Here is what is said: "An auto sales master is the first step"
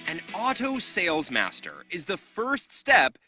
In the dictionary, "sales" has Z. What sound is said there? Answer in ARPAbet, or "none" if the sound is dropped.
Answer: Z